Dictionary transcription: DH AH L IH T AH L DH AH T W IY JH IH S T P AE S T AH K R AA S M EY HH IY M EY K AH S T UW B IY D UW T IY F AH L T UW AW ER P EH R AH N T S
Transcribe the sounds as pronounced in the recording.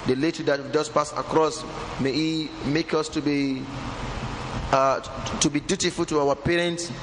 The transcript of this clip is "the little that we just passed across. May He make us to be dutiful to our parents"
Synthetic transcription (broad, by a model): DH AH L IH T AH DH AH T W IY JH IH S P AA S AH K R AA S M EY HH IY M EY K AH S T UW B IY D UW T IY F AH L T UW AW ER P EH R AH N T S